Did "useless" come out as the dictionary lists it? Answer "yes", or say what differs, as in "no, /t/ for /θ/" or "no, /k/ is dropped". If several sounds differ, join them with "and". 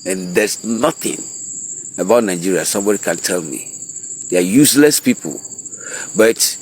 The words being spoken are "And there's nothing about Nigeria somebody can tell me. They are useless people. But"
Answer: yes